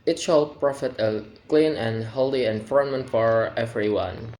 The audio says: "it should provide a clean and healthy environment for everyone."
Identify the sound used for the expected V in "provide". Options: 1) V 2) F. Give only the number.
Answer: 2